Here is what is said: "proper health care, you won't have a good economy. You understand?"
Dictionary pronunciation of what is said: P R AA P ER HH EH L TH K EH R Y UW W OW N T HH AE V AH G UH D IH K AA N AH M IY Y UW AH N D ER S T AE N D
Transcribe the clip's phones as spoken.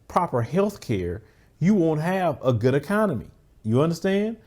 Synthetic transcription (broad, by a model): P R AA P ER HH EH L TH K EH R Y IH W OW N T HH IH V AH G UH D IH K AA N AH M IY Y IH AH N D ER S T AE N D